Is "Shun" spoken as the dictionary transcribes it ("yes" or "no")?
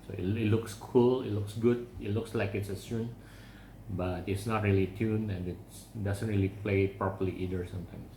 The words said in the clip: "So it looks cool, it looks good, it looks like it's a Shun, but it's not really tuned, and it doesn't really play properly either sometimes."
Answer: no